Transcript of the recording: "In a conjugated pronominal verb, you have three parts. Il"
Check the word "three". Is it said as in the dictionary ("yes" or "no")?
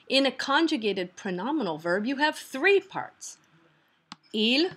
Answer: yes